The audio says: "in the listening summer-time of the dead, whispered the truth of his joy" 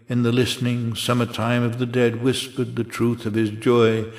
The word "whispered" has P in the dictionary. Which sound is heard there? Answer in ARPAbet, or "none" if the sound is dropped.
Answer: P